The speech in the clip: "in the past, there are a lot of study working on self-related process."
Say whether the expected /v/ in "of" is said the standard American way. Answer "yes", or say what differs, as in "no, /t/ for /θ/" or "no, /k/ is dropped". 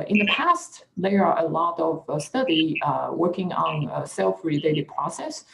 yes